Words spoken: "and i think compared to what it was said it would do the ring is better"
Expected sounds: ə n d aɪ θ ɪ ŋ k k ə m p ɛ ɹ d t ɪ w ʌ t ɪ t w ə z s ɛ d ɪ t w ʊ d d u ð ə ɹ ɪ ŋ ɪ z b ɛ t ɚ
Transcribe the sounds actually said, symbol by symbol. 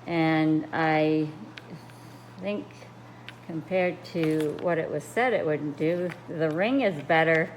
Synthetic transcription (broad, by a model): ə n aɪ θ ɪ ŋ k k ə m p ɛ ɹ d t ɪ w ʌ t ɪ t w ə z s ɛ d ɪ t w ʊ d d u ð ə ɹ ɪ ŋ ɪ z b ɛ t ɚ